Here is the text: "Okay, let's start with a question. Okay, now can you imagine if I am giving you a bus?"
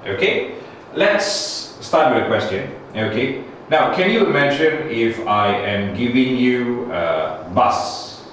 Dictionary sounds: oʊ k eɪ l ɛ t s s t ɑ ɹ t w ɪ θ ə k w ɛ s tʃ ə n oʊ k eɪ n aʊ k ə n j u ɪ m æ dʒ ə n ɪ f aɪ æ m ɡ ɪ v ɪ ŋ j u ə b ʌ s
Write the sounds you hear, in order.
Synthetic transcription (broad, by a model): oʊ k eɪ l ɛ t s s t ɑ t w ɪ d ə k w ɛ s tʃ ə n oʊ k eɪ n aʊ k ə n j u m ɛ ʃ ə n ɪ f aɪ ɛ m ɡ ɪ v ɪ ŋ j u ə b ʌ s